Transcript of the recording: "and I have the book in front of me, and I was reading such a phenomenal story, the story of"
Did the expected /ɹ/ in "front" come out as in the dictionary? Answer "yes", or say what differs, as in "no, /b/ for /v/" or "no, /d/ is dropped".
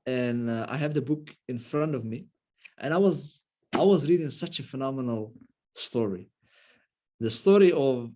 yes